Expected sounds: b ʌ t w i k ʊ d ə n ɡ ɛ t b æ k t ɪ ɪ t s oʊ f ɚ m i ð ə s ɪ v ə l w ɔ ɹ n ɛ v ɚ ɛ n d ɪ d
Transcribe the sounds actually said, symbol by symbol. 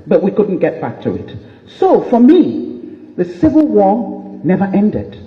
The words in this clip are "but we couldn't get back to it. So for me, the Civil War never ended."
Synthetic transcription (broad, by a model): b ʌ t w i k ʊ d n ɡ ɛ t b æ k t ɪ ɪ t s oʊ f ɚ m i ð ə s ɪ v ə l w ɔ ɹ n ɛ v ɚ ɛ n d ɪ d